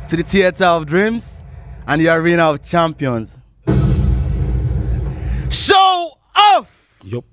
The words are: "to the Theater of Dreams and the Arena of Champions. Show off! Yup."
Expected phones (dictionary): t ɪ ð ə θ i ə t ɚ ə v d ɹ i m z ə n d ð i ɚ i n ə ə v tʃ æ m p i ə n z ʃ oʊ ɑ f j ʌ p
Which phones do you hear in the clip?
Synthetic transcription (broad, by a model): t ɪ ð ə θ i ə t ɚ ə v d ɹ i m z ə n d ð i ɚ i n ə ə v tʃ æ m p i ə n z ʃ oʊ ɑ f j